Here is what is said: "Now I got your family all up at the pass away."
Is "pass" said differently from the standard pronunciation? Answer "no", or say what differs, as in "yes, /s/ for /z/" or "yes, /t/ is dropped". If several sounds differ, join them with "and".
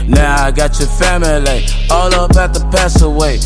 no